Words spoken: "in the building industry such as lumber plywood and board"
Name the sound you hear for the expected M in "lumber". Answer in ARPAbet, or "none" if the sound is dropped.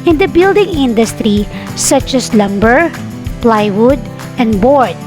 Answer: M